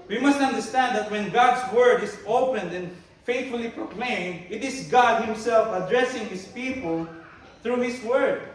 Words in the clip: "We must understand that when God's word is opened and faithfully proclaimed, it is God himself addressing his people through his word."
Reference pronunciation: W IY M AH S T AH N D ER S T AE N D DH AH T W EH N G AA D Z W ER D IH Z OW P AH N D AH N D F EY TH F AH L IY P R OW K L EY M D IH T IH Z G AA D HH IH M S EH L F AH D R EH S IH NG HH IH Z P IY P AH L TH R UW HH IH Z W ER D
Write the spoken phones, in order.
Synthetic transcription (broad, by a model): W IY M AH S T AH N D ER S T AE N D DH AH T W EH N G AA D S W ER D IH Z OW P AH N D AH N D F EY T F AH L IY P R OW K L EY M D IH T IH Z G AA D HH IH M S EH L F AH D R EH S IH NG HH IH S P IY P AH L TH R UW HH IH S W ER D